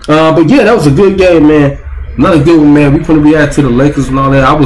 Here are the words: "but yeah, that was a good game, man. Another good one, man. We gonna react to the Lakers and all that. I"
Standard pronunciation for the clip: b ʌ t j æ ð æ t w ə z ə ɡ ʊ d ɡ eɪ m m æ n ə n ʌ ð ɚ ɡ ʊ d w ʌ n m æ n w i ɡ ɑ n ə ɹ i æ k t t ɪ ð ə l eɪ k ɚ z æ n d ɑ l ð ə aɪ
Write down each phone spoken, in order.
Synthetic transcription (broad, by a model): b ʌ t j æ ð æ t w ə z ə ɡ ʊ d ɡ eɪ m m æ n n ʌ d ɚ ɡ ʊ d w ʌ n m æ n w i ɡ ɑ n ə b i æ t t ɪ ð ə l eɪ k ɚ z n ɑ l ð ə aɪ